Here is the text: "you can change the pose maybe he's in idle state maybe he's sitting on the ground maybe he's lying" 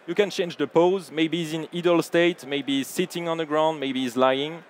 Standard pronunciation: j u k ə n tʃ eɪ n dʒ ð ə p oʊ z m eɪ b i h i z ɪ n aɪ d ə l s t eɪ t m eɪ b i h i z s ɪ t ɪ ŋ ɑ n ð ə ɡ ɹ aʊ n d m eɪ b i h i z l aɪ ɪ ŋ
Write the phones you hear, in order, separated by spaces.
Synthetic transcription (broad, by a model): j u k ə n tʃ eɪ n dʒ ð ə p oʊ z m eɪ i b i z ɪ n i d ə l s t eɪ t m eɪ i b i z s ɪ t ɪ ŋ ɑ n ð ə ɡ ɹ aʊ n d m eɪ i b i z l aɪ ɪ ŋ